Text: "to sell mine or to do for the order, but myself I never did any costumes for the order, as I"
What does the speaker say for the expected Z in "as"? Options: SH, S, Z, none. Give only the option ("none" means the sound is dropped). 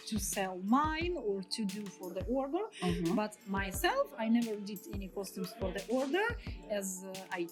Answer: Z